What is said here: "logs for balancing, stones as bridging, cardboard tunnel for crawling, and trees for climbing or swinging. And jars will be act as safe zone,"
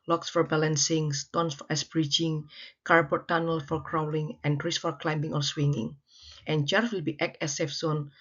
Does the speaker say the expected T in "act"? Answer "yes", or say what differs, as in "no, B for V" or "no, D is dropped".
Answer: no, T is dropped